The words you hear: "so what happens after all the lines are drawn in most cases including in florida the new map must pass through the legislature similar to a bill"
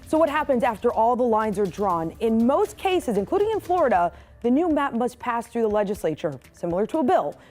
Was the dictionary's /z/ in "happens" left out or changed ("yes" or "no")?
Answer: no